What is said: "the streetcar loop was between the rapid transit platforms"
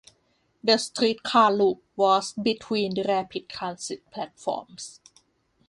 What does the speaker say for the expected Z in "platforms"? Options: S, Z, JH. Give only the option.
S